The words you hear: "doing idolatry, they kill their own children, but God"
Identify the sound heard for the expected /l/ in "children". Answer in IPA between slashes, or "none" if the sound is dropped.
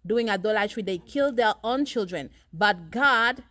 /l/